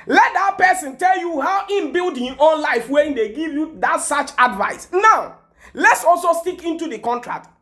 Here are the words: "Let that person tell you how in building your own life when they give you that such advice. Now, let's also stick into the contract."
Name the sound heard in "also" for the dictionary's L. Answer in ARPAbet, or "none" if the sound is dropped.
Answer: L